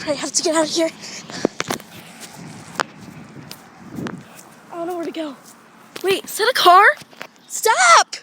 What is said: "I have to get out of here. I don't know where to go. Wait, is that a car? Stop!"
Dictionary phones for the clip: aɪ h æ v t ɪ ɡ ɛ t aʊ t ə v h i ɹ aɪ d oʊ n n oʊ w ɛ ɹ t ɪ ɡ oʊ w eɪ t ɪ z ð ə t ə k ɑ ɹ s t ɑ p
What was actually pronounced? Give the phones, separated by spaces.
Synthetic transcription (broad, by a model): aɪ h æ f t ɪ ɡ ɛ t aʊ t h i ɹ aɪ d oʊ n n oʊ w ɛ ɹ t ɪ ɡ oʊ w eɪ ɪ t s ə t ə k ɑ ɹ s t ɑ p